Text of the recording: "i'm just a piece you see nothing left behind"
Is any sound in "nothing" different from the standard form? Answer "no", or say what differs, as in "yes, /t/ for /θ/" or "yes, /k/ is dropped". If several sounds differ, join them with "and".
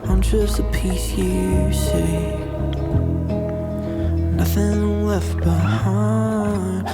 no